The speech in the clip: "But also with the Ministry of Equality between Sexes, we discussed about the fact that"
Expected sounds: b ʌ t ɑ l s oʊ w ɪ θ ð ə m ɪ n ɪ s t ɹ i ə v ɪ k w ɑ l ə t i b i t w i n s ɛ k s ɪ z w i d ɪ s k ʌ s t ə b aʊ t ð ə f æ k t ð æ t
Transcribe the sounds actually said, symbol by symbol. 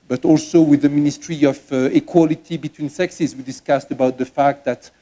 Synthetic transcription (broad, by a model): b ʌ t ɑ l s oʊ w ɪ ð ə m ɪ n ɪ s t ɹ i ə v ɪ k w ɑ l ə t i b i t w i n s ɛ k s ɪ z w i d ɪ s k ʌ s t ə b aʊ t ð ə f æ k t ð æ t